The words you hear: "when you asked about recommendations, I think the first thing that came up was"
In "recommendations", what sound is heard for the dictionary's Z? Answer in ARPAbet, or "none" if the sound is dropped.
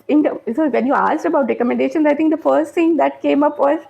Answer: none